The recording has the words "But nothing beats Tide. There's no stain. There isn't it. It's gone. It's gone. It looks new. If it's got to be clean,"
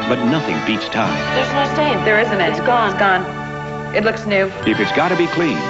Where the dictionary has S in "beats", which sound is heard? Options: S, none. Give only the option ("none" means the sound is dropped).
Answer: S